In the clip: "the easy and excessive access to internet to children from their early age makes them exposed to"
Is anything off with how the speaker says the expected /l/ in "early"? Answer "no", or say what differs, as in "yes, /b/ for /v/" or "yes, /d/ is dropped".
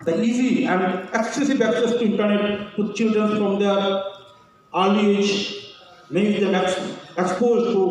yes, /l/ is dropped